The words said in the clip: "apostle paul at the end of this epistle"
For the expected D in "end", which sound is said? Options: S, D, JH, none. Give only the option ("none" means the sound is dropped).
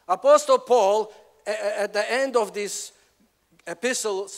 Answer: D